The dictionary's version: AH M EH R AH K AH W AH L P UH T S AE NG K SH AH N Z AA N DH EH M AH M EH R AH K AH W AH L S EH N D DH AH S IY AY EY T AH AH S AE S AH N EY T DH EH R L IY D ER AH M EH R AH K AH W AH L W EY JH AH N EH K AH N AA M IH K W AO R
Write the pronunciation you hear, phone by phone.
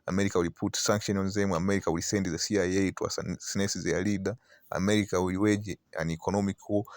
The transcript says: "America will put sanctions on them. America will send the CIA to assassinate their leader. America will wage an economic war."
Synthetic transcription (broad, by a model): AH M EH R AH K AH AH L P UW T S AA NG K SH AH N AA N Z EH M AH M EH R AH K AH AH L S EH N D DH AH S IY AY EY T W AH S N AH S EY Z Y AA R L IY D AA AH M EH R AH K AH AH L W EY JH AH N EH K AH N AA M IH K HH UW